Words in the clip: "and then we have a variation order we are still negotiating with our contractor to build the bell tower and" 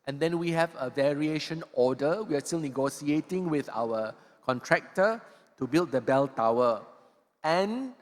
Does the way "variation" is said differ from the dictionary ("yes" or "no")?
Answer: no